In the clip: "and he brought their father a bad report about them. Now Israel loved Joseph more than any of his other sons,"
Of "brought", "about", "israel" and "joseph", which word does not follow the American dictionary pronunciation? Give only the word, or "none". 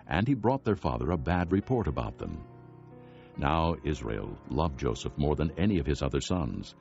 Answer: none